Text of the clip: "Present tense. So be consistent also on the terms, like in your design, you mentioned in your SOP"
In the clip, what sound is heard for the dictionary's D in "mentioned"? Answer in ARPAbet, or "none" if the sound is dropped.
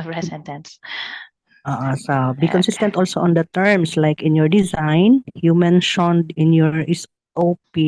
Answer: D